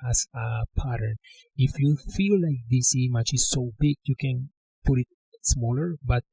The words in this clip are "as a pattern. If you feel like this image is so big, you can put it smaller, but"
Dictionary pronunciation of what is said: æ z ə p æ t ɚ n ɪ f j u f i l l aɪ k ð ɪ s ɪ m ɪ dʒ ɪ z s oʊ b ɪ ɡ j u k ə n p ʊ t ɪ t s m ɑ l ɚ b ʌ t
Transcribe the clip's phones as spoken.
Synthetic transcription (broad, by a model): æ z ə p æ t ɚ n ɪ f j u f i l l aɪ k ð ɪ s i m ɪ tʃ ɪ s oʊ b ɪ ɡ j u k ə n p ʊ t ɪ t s m ɑ l ɚ b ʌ t